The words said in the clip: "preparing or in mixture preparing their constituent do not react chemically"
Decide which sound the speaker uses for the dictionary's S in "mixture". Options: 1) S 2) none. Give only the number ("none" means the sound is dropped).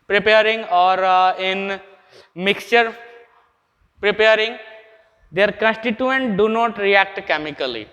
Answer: 1